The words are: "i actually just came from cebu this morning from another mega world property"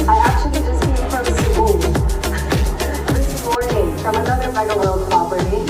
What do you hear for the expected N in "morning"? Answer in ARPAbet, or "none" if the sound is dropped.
none